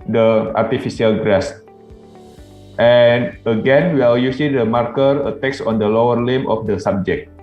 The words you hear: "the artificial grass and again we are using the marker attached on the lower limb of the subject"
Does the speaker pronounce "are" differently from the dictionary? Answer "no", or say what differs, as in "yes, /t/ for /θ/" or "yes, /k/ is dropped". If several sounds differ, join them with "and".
yes, /l/ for /ɹ/